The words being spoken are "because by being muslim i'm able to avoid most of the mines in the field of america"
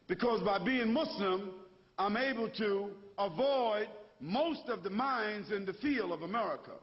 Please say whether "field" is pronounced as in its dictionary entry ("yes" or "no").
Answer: no